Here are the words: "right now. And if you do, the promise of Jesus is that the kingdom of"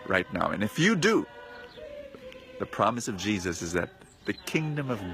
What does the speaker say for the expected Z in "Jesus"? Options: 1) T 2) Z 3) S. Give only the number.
2